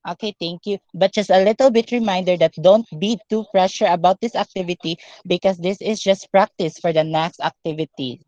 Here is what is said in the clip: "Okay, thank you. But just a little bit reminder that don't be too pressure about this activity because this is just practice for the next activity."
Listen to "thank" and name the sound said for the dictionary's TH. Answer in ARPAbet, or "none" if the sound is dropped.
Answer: T